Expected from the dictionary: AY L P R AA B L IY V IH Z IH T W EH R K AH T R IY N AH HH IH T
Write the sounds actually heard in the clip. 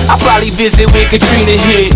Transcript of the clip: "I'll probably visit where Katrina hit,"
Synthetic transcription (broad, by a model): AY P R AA L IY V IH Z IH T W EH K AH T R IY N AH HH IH